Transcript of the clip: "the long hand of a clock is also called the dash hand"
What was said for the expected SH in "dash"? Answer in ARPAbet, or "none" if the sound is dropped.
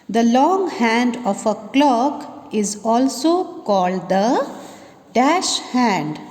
SH